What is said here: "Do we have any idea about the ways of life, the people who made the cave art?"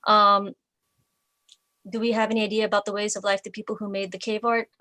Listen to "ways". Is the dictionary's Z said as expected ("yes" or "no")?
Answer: yes